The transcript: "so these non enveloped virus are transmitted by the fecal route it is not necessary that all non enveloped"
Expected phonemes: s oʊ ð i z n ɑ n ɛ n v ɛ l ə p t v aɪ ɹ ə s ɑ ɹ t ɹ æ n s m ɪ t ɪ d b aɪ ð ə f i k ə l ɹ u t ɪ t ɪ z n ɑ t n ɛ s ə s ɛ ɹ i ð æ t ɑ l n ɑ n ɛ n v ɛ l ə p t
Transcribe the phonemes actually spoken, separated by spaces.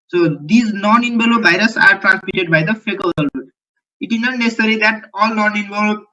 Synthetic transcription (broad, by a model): s oʊ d i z n ɑ n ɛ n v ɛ l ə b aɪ ɹ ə s ɑ ɹ t ɹ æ n s m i t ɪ d b aɪ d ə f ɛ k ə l l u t ɪ t ɪ z n ɑ t n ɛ s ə s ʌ ɹ i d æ t ɑ l n ɑ n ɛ n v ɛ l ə